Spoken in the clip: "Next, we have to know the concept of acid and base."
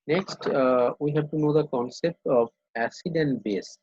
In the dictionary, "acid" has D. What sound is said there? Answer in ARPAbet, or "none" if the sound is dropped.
D